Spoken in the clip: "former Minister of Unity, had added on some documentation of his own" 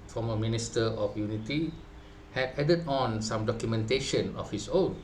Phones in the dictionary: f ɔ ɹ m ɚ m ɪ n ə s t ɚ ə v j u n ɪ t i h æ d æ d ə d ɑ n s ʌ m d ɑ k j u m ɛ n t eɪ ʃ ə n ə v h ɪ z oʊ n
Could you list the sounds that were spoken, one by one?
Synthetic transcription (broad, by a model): f ɔ m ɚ m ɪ n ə s t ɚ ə f j u n ɪ t i h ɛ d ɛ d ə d ɑ n s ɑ m d ɑ k j u m ɛ n t eɪ ʃ ə n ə f h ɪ s oʊ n